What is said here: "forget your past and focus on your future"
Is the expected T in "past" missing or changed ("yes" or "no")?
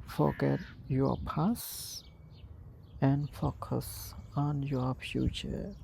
yes